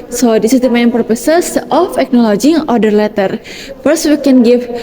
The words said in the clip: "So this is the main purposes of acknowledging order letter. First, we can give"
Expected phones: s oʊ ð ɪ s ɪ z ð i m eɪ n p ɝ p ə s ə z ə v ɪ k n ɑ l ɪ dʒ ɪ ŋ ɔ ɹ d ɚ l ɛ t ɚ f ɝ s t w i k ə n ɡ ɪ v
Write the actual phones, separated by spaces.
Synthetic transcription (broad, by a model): s oʊ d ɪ s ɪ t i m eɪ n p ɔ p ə s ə s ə f ɪ k n ɑ l ɪ dʒ ɪ ŋ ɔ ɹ d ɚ l ɛ t ɚ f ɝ s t w i k ə n ɡ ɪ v